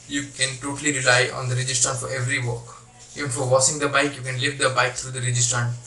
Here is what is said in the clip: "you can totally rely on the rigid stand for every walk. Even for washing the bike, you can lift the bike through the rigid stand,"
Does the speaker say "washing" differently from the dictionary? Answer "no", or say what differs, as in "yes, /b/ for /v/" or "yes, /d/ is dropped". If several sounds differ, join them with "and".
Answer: yes, /s/ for /ʃ/